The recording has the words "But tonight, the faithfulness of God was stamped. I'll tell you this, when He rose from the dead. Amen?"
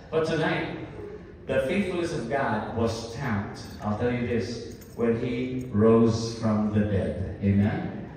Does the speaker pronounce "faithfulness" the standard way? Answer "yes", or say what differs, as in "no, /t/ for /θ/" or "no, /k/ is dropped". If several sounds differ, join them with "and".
no, /n/ is dropped